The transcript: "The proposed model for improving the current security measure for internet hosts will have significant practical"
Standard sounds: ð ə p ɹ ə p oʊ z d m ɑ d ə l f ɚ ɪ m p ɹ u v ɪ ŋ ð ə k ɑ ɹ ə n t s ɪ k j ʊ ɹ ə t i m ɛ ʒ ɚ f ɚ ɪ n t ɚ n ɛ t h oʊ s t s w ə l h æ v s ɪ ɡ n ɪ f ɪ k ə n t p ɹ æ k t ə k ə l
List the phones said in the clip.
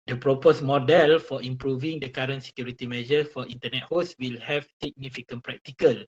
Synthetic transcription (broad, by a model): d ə p ɹ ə p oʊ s m ɑ d ə l f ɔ ɪ m p ɹ u v ɪ ŋ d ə k ɑ ɹ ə n s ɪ k j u ɹ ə t i m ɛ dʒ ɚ f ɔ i n t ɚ n ɛ t h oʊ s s w ə l h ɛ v s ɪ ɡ n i f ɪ k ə n p ɹ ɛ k t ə k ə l